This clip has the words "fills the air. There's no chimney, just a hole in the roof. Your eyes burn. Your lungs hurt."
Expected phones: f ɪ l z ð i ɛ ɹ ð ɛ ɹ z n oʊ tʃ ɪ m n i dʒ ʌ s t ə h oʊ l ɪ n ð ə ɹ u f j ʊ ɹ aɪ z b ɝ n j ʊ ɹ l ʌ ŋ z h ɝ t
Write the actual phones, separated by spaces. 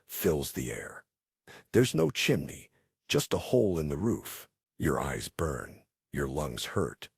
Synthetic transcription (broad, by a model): f ɪ l z ð i ɛ ɹ ð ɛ ɹ z n oʊ tʃ ɪ m n i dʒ ʌ s t ə h oʊ l ɪ n ð ə ɹ u f j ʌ ɹ aɪ z b ɝ n j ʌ ɹ l ʌ ŋ z h ɝ t